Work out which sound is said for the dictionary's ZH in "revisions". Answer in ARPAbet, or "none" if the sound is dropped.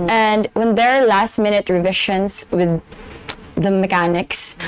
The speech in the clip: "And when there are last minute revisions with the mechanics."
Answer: SH